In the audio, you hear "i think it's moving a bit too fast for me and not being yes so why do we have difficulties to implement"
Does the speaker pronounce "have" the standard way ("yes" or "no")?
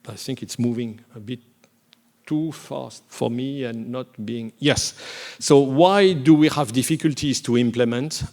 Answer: yes